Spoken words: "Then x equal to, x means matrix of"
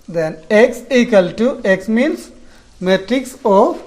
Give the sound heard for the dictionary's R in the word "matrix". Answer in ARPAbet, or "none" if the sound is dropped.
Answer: R